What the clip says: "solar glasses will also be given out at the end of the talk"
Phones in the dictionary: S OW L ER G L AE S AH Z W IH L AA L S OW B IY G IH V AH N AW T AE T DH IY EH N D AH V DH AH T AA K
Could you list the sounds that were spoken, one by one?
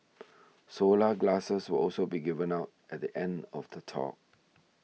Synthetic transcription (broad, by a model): S OW L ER G L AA S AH S W IH L AA L S OW B IY G IH V AH N AW T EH T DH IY EH N D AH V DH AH T AA K